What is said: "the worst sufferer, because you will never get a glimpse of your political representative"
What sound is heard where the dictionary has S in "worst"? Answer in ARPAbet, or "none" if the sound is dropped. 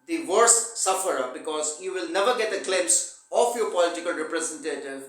none